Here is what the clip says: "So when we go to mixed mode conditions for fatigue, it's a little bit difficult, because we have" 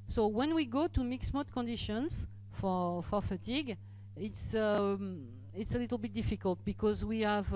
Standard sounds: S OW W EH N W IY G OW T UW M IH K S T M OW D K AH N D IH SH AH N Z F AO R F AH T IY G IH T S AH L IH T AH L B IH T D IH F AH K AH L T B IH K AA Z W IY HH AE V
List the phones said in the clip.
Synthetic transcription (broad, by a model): S OW W EH N W IY G OW T UW M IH K S M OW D K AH N D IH SH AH N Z F AO R F AH T IY G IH T S AH L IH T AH L B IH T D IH F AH K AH L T B IH K AA Z W IY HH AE V